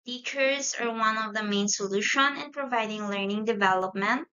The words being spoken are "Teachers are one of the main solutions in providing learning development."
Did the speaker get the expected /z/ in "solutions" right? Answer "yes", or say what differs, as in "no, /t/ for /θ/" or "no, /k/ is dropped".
no, /z/ is dropped